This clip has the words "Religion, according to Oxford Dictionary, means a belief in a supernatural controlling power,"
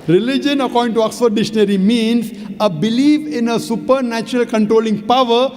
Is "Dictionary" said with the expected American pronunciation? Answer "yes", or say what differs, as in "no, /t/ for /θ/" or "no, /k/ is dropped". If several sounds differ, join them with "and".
no, /k/ is dropped